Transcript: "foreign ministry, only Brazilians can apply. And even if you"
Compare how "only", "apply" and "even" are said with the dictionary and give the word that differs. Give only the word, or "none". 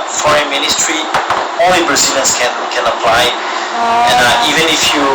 only